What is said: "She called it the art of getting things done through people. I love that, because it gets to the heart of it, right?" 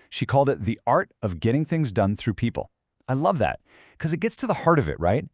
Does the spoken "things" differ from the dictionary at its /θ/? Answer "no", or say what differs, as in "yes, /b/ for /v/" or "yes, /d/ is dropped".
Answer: no